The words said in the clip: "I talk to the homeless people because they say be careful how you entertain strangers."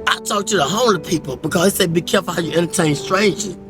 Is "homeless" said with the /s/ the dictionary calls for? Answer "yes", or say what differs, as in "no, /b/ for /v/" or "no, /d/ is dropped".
no, /s/ is dropped